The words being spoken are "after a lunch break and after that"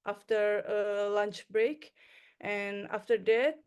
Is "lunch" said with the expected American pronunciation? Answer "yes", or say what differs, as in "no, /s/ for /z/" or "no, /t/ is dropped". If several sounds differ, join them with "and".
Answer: yes